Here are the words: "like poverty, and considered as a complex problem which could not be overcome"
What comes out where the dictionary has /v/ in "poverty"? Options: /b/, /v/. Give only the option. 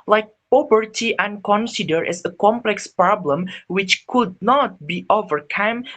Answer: /b/